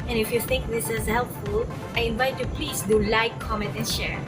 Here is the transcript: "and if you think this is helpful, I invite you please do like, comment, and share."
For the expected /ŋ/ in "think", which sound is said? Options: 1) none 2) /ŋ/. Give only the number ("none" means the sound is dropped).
1